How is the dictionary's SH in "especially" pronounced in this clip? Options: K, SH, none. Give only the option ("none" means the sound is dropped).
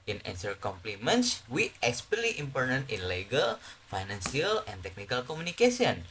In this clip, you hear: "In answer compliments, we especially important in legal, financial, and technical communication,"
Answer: none